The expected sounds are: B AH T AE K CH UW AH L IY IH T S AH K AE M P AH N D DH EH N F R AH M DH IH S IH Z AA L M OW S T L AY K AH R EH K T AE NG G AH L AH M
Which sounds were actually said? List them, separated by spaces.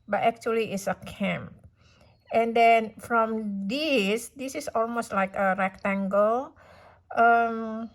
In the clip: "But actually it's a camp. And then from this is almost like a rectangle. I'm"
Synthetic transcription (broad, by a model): B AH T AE K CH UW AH L IY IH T S AH K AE M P AH N D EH N F R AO M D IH S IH S AA L M OW S T L AY K AH R EH K T AE NG G AH L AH M